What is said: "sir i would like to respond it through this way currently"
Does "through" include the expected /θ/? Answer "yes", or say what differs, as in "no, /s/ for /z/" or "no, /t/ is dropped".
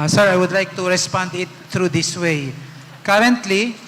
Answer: no, /t/ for /θ/